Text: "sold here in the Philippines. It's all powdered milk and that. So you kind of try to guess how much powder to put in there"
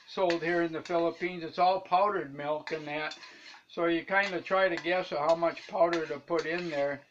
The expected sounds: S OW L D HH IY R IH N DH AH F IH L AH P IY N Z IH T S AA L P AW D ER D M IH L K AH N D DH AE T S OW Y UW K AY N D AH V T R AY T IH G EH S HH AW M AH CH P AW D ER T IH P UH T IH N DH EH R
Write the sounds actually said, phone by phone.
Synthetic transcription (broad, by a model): S OW L D HH IY R IH N DH AH F IH L AH P IY N Z IH T S AA L P AW D ER D M IH L K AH N DH AE T S OW Y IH K AY N D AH T R AY T IH G EH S HH AW M AH CH P AW D ER T IH P UH T IH N DH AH R